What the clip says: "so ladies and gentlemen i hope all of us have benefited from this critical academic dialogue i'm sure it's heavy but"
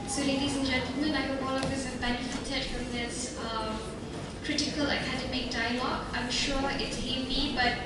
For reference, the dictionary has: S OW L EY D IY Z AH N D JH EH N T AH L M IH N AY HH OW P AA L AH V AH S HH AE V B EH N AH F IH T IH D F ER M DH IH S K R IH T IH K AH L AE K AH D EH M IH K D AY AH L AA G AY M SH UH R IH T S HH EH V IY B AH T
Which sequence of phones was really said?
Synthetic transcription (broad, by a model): S OW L EY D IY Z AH N JH EH N T AH L M IH N AY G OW AA L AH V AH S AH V B EH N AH F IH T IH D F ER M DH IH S K R IH T IH K AH L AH K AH D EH M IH K D AY AH L AA G AY M SH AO R IH T S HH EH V IY B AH T